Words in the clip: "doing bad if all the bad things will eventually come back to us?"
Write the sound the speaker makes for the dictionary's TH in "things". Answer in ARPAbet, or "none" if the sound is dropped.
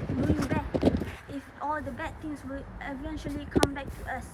T